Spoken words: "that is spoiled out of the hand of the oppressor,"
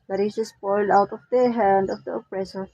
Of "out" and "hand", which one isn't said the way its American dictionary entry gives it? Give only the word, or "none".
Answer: none